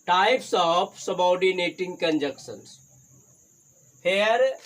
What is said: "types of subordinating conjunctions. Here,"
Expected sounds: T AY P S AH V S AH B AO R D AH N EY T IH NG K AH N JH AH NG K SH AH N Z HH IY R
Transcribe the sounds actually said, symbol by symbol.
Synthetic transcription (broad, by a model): T AY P S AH P S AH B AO W D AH N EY T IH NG K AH N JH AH K S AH N S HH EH R